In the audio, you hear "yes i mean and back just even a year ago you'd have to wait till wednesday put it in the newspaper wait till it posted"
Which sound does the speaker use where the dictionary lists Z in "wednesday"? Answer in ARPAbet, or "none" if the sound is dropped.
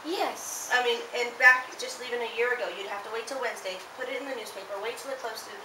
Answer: Z